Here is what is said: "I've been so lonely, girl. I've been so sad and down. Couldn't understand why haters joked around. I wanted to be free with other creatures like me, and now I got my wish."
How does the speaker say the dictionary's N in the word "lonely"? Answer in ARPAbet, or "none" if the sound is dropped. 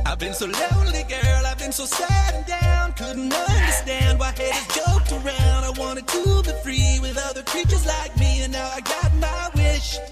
none